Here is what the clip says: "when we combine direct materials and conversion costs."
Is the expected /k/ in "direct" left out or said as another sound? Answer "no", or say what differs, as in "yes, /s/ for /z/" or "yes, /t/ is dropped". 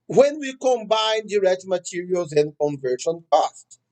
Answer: no